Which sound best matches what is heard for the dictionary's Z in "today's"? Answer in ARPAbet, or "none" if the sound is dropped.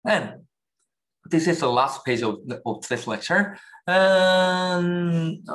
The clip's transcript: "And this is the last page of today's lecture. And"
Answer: S